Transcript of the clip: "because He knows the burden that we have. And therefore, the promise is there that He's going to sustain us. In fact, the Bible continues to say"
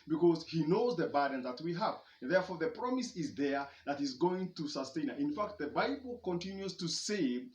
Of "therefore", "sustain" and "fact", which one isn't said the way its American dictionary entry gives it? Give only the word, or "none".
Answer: none